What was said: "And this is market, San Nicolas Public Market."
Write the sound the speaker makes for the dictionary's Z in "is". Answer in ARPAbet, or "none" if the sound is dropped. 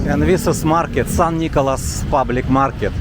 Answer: S